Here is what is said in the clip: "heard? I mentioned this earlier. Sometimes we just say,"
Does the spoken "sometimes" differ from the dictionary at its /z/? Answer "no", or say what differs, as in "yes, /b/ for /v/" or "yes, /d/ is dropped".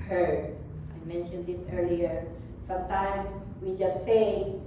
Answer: yes, /s/ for /z/